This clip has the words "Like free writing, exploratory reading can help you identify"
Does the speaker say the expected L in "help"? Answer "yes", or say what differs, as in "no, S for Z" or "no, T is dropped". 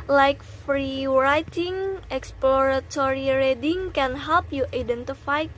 yes